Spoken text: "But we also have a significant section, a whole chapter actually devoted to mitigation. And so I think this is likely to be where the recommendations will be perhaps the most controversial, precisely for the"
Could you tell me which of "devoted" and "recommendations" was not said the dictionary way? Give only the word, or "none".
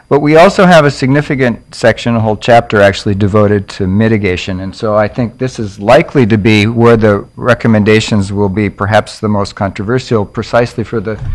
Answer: none